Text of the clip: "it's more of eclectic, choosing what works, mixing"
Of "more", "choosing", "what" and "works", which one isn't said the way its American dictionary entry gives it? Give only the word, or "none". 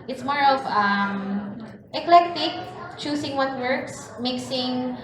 choosing